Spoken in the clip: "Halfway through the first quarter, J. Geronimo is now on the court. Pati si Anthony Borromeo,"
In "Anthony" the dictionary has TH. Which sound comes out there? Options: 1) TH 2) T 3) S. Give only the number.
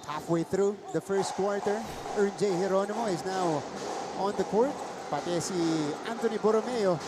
2